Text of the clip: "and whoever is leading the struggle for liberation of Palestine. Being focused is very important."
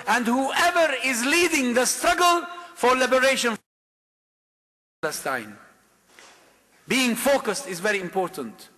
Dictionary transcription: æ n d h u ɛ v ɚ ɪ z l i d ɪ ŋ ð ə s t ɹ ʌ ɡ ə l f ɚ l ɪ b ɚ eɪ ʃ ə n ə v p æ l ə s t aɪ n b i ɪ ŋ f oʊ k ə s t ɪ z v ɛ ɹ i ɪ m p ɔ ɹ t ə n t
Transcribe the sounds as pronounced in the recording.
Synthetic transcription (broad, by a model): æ n d h u ɛ v ɚ ɪ z l i d ɪ ŋ ð ə s t ɹ ʌ ɡ ə l f ɚ l ɪ b ɚ eɪ ʃ ə n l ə s t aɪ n b i ɪ ŋ f oʊ k ə s t ɪ z v ɛ ɹ i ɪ m p ɔ ɹ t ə n t